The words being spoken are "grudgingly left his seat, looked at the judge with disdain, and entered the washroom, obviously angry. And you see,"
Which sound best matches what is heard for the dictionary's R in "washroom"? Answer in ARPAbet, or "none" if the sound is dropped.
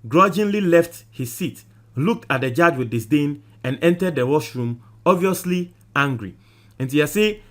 R